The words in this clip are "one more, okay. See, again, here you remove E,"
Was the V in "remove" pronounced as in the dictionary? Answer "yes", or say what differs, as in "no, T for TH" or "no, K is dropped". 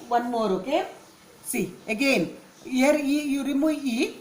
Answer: no, V is dropped